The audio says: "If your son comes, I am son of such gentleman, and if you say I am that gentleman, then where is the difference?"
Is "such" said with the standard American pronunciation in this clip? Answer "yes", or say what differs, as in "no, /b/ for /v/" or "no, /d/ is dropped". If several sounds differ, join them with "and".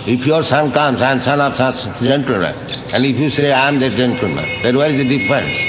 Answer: no, /s/ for /tʃ/